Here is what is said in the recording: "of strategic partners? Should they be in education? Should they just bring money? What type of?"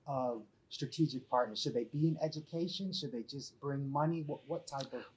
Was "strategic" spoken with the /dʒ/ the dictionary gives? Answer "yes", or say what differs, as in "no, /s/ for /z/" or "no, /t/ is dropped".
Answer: yes